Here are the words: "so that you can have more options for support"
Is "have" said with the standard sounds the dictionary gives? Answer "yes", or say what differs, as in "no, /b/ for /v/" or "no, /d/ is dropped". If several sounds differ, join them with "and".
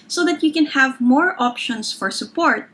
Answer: yes